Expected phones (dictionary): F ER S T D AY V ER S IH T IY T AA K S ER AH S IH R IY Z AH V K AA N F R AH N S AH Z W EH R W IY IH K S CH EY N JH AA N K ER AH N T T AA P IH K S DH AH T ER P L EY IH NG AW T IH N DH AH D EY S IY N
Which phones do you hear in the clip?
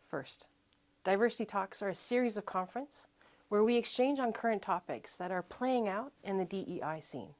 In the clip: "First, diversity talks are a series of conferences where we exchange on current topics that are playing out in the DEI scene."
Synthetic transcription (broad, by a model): F ER S T D AY V ER S IH T IY T AA K S ER AH S IH R IY Z AH V K AA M F R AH N S W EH R W IY IH K S CH EY N JH N K ER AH N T T AA P IH K S DH AH T ER P L EY IH NG AW T IH N DH AH D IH S IY N